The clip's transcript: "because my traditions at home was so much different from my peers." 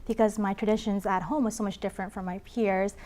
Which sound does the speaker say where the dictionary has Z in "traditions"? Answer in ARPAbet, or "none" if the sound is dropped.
Z